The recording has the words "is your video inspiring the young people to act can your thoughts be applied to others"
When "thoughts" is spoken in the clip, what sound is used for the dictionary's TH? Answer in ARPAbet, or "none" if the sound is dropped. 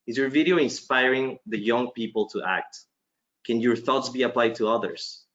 TH